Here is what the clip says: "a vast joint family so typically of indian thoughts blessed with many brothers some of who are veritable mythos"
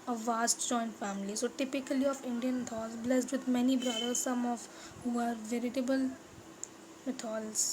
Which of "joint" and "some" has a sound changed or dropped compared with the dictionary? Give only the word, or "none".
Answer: none